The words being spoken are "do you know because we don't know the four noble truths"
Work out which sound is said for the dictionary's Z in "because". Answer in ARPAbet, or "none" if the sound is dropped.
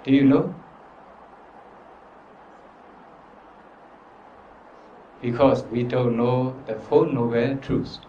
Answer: S